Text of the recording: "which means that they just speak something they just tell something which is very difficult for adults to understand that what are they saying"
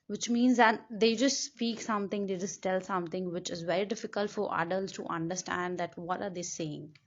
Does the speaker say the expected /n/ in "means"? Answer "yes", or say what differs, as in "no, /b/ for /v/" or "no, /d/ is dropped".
yes